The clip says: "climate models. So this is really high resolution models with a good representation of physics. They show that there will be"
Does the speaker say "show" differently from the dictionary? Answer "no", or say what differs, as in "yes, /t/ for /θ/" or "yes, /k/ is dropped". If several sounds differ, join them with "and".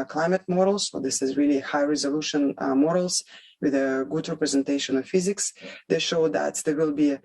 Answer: no